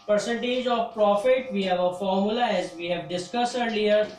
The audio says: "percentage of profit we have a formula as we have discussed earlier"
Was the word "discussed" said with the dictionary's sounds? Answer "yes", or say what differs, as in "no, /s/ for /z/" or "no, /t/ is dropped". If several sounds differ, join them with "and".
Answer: no, /t/ is dropped